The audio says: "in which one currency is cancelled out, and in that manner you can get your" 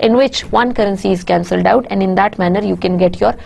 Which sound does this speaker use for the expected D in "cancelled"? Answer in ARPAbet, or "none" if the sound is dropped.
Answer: D